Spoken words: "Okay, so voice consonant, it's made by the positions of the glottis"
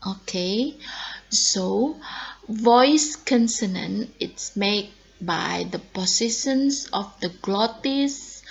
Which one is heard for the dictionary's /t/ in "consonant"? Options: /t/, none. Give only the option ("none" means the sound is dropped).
none